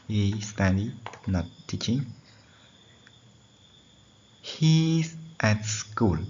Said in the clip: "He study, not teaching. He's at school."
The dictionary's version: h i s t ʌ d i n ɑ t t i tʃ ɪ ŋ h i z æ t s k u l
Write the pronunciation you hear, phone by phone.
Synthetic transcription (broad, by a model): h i s t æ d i n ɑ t t i tʃ ɪ ŋ h i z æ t s k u l